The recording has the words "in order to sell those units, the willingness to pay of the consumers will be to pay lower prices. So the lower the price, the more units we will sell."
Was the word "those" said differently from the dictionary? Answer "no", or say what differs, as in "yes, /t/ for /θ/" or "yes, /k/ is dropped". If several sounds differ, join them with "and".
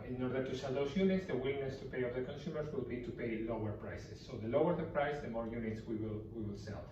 yes, /s/ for /z/